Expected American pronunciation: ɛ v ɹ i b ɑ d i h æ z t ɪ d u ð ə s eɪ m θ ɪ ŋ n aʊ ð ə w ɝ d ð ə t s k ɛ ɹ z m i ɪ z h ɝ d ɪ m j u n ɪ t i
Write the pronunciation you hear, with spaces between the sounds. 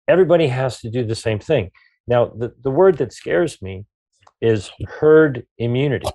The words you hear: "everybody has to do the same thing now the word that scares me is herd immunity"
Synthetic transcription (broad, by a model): ɛ v ɹ i b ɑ d i h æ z t ɪ d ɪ ð ə s eɪ m θ ɪ ŋ n aʊ ð ə w ɝ d ð ə t s k ɛ ɹ z m i ɪ z h ɝ d ɪ m j u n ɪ t i